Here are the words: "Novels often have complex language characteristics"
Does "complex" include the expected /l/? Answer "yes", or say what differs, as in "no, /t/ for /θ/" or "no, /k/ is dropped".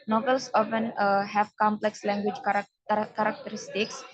yes